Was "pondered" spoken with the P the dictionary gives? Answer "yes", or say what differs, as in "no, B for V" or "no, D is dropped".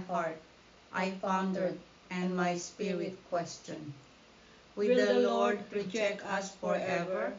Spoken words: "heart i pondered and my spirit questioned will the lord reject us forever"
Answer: no, F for P